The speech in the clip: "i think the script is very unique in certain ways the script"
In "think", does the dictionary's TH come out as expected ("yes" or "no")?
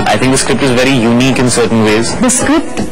no